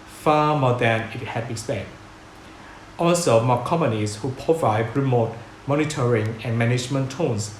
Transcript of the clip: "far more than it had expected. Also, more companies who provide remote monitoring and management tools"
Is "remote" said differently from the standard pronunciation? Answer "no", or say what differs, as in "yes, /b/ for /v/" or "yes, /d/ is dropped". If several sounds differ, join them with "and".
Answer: no